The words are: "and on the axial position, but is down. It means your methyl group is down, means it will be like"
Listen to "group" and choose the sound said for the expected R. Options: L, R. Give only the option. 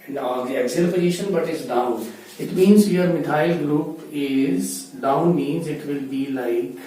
L